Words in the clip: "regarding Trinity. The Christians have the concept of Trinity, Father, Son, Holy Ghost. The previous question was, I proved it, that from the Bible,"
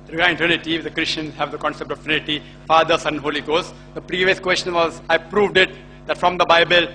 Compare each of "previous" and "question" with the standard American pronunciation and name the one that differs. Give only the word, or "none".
none